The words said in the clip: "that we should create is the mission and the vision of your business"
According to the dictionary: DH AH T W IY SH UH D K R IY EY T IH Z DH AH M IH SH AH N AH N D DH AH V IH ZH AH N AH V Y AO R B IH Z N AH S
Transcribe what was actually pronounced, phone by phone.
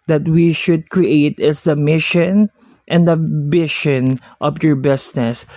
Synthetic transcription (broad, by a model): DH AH T W IY SH UH D K R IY EY T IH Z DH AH M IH SH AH N AH N D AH B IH SH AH N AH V Y AO R B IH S N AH S